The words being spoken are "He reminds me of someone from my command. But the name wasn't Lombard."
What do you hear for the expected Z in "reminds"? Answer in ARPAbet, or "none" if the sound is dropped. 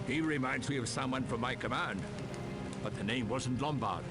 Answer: Z